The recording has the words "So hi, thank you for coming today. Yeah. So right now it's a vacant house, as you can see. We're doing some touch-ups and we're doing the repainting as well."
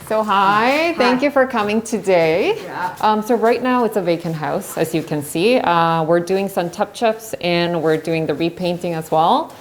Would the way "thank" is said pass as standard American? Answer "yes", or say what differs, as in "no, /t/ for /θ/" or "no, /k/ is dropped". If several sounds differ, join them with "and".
yes